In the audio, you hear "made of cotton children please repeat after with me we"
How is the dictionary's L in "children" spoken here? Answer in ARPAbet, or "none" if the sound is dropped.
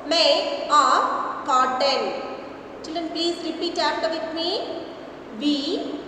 L